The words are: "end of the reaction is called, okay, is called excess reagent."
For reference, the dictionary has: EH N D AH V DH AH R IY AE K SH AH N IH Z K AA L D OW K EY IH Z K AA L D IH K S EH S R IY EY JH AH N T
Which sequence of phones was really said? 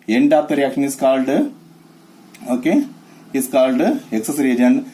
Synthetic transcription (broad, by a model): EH N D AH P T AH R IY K AH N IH S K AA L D OW K EY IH S K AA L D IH K S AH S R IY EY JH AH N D